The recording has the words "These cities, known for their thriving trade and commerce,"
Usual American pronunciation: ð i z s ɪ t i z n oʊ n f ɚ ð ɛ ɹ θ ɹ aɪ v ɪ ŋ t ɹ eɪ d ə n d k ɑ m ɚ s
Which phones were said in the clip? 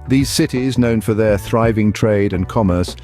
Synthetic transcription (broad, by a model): ð i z s ɪ t i z n oʊ n f ɚ ð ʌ ɹ θ ɹ aɪ v ɪ ŋ t ɹ eɪ d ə n k ɑ m ɚ s